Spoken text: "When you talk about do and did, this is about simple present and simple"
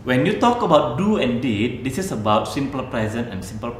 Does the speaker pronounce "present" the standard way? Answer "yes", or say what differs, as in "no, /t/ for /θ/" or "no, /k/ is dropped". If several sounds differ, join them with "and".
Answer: no, /t/ is dropped